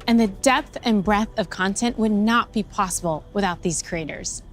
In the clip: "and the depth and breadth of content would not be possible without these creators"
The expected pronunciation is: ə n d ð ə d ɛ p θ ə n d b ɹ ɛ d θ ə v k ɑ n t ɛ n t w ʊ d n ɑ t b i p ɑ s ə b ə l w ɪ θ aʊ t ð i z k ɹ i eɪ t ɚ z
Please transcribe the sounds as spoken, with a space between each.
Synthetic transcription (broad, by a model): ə n ð ə d ɛ p θ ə n b ɹ ɛ θ ə v k ɑ n t ɛ n t w ʊ d n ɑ t b i p ɑ s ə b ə l w ɪ θ aʊ t ð i z k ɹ i eɪ t ɚ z